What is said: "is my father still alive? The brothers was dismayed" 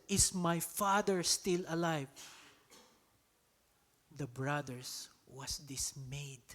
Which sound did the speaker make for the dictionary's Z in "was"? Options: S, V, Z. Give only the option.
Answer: S